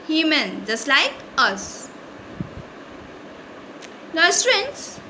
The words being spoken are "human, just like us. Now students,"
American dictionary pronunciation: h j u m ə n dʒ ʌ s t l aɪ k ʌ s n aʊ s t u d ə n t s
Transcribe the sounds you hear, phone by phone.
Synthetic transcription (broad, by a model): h j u m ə n dʒ ʌ s t l aɪ k ʌ s l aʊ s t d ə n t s